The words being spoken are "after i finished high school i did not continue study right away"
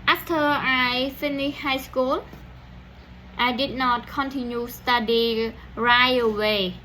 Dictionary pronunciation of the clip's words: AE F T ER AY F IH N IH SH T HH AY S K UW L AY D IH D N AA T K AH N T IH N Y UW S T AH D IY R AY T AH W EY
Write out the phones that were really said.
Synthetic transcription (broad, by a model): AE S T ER AY F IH N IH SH HH AY S K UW L AY D IH D N AA T K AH N T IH N Y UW S T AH D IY R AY AH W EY